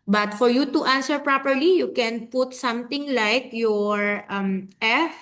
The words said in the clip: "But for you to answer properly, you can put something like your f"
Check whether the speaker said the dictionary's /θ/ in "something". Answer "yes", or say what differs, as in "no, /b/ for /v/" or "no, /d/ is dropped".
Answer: no, /t/ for /θ/